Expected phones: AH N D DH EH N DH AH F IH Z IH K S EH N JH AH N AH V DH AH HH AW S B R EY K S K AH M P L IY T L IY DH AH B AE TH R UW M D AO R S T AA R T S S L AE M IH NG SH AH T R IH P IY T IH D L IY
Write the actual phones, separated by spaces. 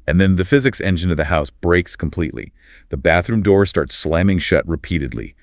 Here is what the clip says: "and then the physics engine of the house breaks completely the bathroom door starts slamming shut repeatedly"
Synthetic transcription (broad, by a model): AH N DH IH N DH AH F IH Z IH K S EH N JH AH N AH V DH AH HH AW S B R EY K S K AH M P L IY T L IY DH AH B AE TH R UW M D AO R S T AA R T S S L AE M IH NG SH AH T R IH P IY T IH D L IY